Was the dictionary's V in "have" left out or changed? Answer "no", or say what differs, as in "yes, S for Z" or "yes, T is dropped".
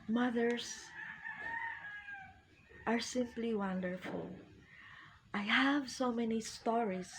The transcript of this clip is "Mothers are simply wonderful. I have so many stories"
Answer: no